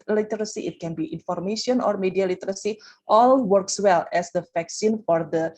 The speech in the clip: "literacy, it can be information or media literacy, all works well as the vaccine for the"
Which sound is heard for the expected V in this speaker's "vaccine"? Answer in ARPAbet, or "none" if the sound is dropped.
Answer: F